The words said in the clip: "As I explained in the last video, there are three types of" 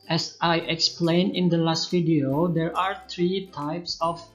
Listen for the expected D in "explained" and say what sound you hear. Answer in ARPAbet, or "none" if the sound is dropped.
none